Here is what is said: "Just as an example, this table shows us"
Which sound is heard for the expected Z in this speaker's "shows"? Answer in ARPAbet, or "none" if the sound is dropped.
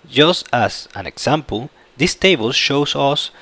S